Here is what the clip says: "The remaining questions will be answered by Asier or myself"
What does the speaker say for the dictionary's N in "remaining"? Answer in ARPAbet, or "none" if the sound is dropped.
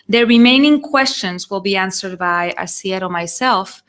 N